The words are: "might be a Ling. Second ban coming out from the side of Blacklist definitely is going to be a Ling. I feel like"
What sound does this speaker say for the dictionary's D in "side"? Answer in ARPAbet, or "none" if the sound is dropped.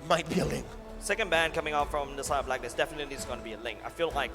none